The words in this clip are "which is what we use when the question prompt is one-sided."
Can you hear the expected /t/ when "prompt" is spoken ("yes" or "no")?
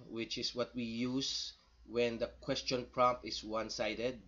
no